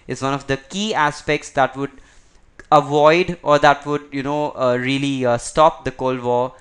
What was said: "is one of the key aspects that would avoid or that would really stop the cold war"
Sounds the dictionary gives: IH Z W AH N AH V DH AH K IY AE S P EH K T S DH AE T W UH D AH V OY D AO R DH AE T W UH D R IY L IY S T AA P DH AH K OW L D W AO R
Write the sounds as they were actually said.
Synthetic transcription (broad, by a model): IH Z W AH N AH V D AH K IY AE S P EH K T S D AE T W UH D AH V OY D AO R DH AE T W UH D R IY L IY S T AA P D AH K OW L D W AO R